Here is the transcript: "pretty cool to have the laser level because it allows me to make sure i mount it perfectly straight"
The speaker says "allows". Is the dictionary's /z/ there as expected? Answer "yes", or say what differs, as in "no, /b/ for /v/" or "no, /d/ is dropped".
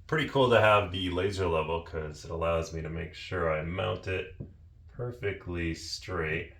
yes